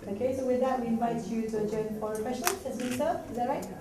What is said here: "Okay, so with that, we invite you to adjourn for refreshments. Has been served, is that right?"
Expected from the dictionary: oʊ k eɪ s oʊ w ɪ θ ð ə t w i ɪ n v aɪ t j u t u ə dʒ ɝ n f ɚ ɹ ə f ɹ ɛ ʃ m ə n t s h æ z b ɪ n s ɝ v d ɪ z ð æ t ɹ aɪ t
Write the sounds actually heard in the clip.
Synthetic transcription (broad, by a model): oʊ k eɪ s oʊ w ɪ ð ə t w i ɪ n v aɪ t j u t u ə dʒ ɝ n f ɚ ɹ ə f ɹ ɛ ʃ ə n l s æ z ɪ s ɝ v ɪ z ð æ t ɹ aɪ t